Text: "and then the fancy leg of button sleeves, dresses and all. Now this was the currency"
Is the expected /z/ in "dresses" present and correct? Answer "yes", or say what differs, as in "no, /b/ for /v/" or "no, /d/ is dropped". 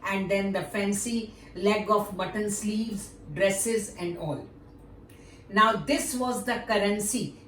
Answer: yes